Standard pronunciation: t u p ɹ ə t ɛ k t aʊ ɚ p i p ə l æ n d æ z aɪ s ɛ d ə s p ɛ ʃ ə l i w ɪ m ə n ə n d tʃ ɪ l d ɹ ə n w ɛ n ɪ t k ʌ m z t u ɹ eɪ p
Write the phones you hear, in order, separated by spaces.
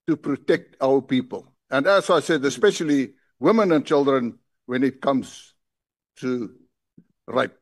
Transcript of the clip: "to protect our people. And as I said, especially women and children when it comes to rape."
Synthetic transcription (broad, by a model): t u p ɹ ə t ɛ k t aʊ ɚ p i p ə l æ n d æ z aɪ s ɛ d ə s p ɛ ʃ ə l i w ɪ m ə n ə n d tʃ ɪ l d ɹ ə n w ɛ n ɪ t k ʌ m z t u ɹ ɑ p